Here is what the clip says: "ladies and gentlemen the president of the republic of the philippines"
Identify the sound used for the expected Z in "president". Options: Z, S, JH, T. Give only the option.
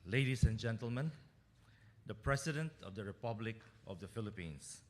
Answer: S